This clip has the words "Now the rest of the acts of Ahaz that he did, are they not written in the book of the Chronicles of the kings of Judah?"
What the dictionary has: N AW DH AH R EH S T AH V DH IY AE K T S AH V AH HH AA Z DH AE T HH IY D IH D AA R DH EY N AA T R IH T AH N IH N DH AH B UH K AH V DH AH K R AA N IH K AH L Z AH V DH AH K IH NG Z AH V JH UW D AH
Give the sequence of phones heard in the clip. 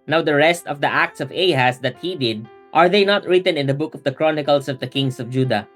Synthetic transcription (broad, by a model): N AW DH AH R EH S T AH V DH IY AE K T S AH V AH HH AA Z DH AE T HH IY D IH D AA R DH EY N AA T R IH T AH N IH N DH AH B UH K AH V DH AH K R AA N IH K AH L S AH V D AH K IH NG S AH V JH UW D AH